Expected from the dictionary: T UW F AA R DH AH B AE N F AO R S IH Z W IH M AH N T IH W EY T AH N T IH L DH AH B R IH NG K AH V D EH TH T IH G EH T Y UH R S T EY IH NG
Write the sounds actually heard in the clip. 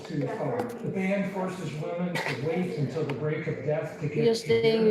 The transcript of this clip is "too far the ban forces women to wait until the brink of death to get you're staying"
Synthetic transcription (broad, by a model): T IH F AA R DH AH B AE N F AO R S IH Z W IH M AH N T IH W EY T AH N T IH L DH AH B R IH K AH V D EH TH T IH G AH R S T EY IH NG